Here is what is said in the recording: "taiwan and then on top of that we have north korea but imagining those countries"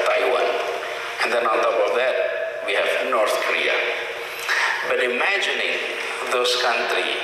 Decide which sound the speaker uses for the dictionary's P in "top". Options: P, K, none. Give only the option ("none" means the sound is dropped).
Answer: none